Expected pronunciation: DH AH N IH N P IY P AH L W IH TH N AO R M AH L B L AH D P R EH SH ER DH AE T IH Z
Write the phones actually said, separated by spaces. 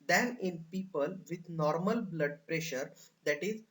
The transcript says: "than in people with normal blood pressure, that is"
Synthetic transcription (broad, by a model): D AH N IH N P IY P AH L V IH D N AO R M AH L B L AH D P R EH SH ER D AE T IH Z